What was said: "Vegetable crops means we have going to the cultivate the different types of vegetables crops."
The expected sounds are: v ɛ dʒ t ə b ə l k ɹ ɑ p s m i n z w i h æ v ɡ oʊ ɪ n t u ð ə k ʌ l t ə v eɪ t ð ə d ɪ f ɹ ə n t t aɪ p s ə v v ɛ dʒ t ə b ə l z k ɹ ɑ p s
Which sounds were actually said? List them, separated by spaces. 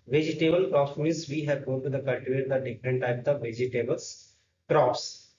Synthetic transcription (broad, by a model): v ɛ dʒ t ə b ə l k ɹ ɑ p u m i z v i h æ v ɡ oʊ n t u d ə k ʌ l t ə v eɪ t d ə d ɪ f ɹ ə n t t aɪ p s ə v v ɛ dʒ t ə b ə l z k ɹ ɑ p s